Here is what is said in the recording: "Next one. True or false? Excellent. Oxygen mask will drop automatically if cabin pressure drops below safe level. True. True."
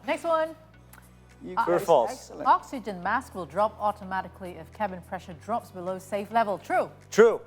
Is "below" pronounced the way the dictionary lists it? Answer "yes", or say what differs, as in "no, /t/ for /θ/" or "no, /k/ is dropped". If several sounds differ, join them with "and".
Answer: yes